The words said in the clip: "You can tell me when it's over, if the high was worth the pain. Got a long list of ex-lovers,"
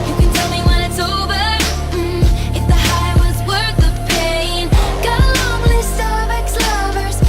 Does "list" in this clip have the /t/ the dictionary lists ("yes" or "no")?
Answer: no